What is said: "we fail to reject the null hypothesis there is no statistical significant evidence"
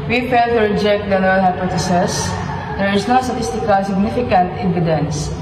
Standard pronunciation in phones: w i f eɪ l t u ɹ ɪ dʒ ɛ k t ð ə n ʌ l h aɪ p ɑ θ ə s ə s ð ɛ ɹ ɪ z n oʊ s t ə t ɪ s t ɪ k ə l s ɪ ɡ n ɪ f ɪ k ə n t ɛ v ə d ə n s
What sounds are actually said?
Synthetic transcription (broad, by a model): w i f eɪ l t u ɹ ɪ dʒ ɛ k t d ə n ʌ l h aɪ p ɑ t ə s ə s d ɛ ɹ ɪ s n oʊ s t ə t ɪ s t ɪ k ə l s ɪ ɡ n ɪ f ɪ k ə n t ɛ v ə d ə n s